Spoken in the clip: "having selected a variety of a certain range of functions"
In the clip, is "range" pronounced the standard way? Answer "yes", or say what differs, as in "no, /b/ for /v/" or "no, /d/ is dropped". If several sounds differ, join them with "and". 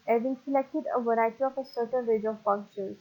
no, /n/ is dropped